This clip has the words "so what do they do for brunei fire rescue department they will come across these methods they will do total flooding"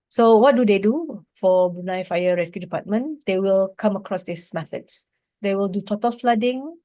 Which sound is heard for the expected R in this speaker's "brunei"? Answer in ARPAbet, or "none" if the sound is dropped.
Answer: none